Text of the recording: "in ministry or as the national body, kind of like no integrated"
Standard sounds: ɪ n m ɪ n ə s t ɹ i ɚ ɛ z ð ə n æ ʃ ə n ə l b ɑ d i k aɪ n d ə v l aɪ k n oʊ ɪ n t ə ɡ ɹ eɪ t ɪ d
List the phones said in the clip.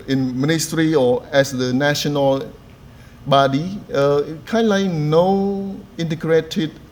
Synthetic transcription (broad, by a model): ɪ n m ɪ n ə s t ɹ i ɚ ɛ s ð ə n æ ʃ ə n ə l b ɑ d i k aɪ n d l aɪ k n oʊ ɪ n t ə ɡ ɹ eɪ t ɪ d